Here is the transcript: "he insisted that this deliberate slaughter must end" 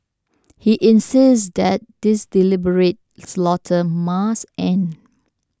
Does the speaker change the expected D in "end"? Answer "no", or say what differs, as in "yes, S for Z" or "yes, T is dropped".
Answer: yes, D is dropped